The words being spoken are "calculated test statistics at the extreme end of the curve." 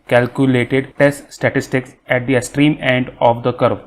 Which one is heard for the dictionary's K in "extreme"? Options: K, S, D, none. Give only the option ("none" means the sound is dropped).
none